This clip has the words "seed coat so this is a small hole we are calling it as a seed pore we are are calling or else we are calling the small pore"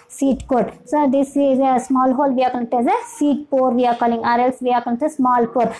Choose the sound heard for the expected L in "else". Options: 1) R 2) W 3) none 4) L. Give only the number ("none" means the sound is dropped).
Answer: 4